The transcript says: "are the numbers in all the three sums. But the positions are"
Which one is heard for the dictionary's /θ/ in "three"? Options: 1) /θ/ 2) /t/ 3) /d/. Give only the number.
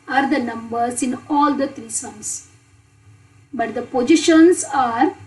2